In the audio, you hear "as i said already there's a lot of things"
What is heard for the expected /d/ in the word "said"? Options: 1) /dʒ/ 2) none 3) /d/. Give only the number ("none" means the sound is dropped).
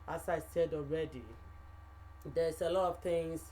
3